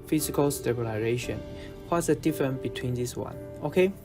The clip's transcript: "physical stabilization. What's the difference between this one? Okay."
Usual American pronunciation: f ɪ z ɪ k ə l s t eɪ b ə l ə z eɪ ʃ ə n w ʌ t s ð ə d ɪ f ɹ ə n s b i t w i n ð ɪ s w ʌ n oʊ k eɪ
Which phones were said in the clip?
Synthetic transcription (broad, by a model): f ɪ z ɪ k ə l s t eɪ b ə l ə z eɪ ʃ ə n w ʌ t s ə d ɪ f ɹ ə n b i t w i n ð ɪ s w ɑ n oʊ k eɪ